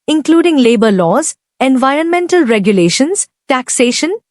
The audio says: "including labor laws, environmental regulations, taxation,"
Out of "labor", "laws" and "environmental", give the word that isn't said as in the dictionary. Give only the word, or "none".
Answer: none